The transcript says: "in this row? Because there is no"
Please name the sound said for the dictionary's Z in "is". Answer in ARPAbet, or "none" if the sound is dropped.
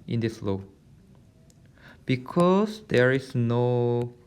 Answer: S